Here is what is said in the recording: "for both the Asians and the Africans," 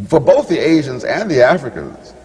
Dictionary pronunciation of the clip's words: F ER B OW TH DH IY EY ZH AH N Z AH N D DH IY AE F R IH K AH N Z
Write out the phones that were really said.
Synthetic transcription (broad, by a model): F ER B OW TH DH IY EY ZH AH N Z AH N DH IY AE F R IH K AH N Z